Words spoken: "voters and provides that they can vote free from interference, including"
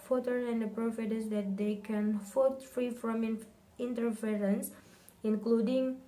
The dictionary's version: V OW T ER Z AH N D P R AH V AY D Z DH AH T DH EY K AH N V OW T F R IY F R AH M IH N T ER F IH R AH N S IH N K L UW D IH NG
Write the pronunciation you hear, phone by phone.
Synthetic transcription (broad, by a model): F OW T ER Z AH N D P R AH F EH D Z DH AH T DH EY K AH N F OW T F R IY F R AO M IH N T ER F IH R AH N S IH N K L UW D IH NG